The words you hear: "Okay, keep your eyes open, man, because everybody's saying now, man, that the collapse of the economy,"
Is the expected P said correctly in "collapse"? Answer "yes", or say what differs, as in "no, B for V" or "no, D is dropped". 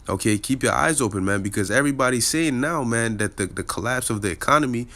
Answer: yes